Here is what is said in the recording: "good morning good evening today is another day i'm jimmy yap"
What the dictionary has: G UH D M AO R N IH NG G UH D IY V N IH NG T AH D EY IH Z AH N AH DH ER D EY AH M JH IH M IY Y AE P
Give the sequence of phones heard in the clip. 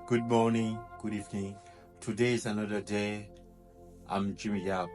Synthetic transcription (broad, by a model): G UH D M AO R N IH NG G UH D IY V N IH NG T AH D EY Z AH N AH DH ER D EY AH M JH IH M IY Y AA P